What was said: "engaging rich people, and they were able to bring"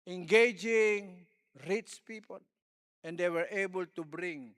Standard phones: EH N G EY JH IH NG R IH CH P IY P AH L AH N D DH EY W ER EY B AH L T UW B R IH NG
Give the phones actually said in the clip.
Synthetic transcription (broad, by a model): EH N G EY JH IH NG R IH S P IY P AH L AH N D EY W ER EY B AH L T UW B R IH NG